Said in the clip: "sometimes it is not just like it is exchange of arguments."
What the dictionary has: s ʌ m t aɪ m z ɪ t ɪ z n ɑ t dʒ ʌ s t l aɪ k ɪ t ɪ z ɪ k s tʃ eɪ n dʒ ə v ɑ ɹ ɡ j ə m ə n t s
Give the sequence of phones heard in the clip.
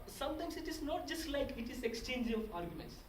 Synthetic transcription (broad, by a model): s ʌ m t aɪ m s ɪ t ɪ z n ɑ t dʒ ʌ s t l aɪ k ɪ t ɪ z ɪ k s tʃ eɪ n dʒ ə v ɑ ɹ ɡ j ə m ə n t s